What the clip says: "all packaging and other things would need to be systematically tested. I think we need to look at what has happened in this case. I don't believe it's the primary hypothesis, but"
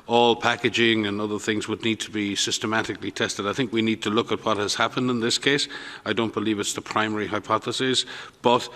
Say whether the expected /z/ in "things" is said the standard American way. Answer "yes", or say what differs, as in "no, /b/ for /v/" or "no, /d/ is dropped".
yes